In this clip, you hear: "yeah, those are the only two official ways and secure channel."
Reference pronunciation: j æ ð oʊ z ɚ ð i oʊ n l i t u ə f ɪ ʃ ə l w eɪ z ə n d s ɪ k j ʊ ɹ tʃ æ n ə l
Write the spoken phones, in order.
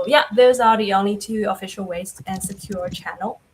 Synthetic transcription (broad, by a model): j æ ð oʊ z ɚ ð i oʊ n l i t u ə f ɪ ʃ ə l w eɪ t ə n s ɪ k j ʊ ɹ tʃ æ n l